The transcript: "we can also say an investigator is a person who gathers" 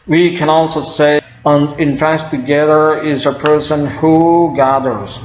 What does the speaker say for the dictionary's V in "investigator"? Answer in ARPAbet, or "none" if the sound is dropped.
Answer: F